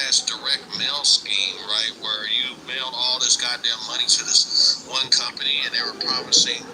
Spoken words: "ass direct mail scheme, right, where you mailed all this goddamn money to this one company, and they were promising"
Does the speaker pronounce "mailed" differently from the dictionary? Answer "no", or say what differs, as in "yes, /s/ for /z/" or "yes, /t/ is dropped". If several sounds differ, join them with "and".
yes, /d/ is dropped